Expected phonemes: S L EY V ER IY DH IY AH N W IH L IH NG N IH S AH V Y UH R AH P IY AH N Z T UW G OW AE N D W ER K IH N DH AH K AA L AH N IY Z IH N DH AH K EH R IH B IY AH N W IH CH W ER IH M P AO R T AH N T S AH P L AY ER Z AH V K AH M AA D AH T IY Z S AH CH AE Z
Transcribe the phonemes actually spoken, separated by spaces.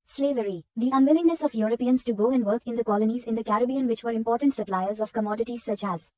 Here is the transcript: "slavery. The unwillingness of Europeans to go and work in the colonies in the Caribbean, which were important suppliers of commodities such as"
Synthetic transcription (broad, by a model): S L EY V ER IY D IY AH N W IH L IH NG N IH S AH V Y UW R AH P IY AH N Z T UW G OW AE N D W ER K IH N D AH K AA L AH N IY Z IH N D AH K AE R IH B IY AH N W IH CH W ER IH M P AO R T AH N T S AH P L AY ER Z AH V K AH M AA D AH T IY Z S AH CH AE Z